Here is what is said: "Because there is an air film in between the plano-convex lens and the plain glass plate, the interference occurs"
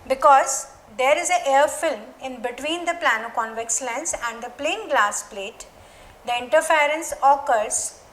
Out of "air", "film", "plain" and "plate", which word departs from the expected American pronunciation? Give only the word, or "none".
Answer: none